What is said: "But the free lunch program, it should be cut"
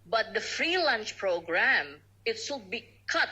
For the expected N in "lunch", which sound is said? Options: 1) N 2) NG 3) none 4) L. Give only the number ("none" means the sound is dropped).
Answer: 1